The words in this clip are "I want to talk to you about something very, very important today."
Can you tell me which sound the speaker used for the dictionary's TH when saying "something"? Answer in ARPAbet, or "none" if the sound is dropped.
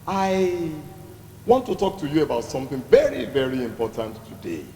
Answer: TH